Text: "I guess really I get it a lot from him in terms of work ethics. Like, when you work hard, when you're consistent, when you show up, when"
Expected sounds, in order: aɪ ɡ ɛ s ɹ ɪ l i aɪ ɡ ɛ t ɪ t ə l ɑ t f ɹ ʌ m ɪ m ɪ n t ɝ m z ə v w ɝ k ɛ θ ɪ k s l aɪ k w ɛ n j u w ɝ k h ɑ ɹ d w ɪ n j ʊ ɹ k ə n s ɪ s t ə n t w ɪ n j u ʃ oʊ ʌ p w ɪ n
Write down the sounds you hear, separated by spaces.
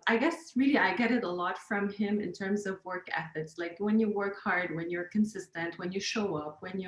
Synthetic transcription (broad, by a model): aɪ ɡ ɛ s ɹ ɪ l i aɪ ɡ ɛ t ɪ t ə l ɑ t f ɹ ʌ m ɪ m ɪ n t ɝ m z ə v w ɝ k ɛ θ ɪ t s l aɪ k w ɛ n j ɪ w ɝ k h ɑ ɹ d w ɪ n j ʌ ɹ k ə n s ɪ s t ə n t w ɪ n j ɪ ʃ oʊ ʌ p w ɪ n